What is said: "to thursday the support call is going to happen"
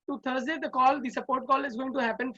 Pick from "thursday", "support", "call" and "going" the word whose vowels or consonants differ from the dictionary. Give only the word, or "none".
thursday